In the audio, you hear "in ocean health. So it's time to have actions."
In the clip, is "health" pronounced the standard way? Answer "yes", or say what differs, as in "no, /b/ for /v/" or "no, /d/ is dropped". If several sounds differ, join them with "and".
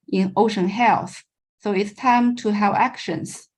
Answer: yes